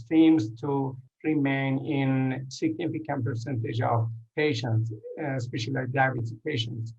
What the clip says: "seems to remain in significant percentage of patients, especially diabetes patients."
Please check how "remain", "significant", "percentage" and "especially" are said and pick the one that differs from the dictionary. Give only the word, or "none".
none